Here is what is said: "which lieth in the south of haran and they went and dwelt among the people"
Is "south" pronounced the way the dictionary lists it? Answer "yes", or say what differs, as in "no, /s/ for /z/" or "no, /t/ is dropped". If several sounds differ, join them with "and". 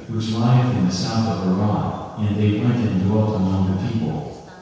yes